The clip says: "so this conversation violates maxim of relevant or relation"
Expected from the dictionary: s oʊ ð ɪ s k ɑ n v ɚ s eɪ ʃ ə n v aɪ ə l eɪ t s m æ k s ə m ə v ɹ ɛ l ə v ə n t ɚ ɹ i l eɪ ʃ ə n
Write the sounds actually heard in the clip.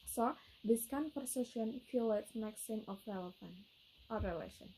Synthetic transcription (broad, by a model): s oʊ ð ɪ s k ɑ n p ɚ s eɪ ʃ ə n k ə l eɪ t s m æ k s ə m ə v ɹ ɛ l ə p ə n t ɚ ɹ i l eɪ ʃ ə n